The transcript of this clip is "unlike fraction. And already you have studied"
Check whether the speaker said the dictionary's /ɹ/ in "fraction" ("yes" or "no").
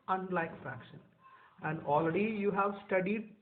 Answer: yes